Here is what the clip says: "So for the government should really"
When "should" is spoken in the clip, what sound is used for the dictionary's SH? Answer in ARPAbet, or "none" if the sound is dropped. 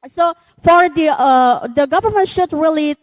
SH